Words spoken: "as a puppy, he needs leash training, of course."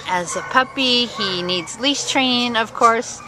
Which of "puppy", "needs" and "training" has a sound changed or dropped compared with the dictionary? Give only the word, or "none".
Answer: training